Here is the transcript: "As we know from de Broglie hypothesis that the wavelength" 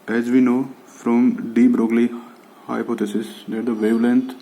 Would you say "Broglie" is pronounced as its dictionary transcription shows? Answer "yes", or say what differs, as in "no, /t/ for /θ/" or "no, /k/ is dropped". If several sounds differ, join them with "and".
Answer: yes